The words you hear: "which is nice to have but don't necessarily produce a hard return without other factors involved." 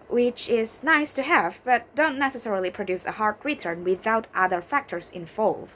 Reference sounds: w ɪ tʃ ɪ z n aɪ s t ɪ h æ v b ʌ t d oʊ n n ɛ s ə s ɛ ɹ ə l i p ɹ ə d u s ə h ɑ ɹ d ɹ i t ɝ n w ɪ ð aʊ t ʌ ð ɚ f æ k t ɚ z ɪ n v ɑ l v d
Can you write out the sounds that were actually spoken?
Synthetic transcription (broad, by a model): w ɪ tʃ ɪ z n aɪ s t ɪ h æ v b ʌ t d oʊ n n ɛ s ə s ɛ ɹ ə l i p ɹ ə d u s ə h ɑ ɹ d ɹ i t ɝ n w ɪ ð aʊ t ʌ ð ɚ f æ k t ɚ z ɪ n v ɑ l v